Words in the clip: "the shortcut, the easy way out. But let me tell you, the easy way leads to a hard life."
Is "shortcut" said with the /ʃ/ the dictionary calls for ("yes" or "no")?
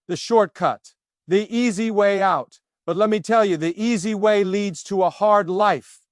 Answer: yes